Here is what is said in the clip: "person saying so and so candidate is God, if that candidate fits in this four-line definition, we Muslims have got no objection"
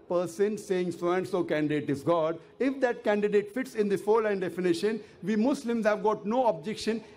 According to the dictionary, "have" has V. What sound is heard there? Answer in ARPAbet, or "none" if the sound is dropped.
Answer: V